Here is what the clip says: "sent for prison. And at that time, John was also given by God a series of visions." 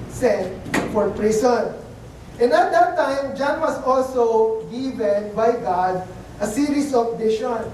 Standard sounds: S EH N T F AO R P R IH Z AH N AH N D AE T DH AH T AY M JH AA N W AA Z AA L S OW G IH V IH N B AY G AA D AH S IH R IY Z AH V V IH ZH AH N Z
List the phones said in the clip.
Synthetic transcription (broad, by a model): S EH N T F AO R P R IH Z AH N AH N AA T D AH T AY M JH AA N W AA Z AA L S OW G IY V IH N B AY G AA D AH S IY R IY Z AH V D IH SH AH N